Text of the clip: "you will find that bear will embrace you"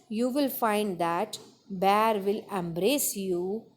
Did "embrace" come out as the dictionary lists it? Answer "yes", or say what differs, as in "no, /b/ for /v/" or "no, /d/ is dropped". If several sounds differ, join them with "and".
yes